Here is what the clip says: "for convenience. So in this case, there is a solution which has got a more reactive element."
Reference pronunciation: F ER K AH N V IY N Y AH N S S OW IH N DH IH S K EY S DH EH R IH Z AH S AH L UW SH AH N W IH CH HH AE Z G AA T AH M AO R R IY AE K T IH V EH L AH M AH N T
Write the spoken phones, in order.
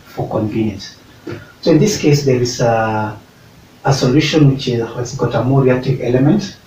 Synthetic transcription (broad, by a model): F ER K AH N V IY N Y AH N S S OW IH N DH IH S K EY S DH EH R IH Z AH S AH L UW SH AH N W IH CH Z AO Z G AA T AH M AO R R IY AE K T IH V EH L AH M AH N T